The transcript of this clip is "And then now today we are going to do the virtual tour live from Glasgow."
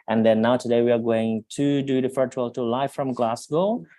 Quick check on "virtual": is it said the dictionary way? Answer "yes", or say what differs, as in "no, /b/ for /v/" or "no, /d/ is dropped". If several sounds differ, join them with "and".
no, /f/ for /v/